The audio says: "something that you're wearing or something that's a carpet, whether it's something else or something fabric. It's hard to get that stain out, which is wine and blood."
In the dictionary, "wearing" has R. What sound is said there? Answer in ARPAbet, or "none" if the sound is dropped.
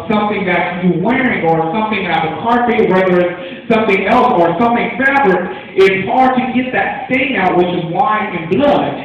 R